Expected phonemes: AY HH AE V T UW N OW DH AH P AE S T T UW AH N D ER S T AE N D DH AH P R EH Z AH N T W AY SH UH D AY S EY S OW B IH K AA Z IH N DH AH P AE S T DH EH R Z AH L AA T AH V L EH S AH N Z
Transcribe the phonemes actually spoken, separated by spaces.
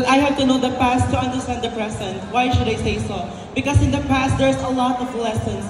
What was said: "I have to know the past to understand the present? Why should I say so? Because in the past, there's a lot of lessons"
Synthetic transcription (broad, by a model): AY HH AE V T UW N OW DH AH P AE S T T UW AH N D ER S T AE N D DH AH P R EH S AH N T W AY SH UH D AY S EY S OW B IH K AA S IH N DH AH P AE S T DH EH R S AH L AA T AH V L EH S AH N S